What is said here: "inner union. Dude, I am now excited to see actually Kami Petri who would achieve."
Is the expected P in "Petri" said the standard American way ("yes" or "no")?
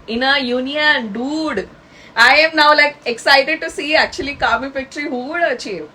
no